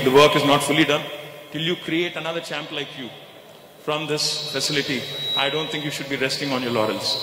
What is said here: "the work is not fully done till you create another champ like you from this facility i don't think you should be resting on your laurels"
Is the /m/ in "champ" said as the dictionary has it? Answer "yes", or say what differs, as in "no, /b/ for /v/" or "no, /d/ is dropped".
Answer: yes